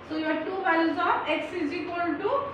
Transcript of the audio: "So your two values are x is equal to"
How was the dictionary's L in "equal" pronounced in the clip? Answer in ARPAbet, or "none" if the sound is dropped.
N